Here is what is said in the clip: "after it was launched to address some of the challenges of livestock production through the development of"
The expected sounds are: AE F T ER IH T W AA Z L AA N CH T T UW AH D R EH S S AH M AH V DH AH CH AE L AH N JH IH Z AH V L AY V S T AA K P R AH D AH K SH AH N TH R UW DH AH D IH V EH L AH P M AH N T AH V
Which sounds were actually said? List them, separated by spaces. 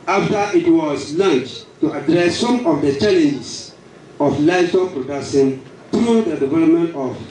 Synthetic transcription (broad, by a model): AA F T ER IH T W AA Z L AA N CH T T UW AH D R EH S S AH M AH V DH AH CH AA L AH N JH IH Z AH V L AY S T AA P R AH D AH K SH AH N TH R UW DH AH D IH V EH L AH P M AH N T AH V